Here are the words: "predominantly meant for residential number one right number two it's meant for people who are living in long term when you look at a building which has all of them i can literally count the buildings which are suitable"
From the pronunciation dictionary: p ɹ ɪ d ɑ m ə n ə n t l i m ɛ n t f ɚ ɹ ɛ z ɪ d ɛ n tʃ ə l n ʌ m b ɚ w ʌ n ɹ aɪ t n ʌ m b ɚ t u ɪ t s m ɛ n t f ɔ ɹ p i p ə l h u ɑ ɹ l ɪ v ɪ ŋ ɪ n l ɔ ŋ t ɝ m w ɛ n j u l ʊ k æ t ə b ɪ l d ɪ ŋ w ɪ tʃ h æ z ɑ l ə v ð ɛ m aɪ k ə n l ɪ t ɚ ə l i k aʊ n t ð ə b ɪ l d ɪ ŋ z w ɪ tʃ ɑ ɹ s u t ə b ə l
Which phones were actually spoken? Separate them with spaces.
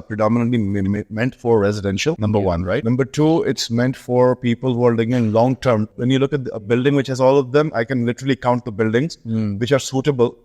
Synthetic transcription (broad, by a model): p ɹ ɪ d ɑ m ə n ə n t l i m ɛ n t f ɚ ɹ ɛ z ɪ d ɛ n ʃ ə l n ʌ m b ɚ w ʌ n ɹ aɪ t n ʌ m b ɚ t u ɪ t s m ɛ n t f ɔ ɹ p i p ə l h u ɑ ɹ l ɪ ɪ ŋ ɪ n l ɔ ŋ t ɝ m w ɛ n j u l ʊ k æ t ə b ɪ l d ɪ ŋ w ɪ tʃ h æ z ɑ l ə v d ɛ m aɪ k ə n l ɪ t ɚ ə l i k aʊ n t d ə b ɪ l d ɪ ŋ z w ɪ tʃ ɑ ɹ s u t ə b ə l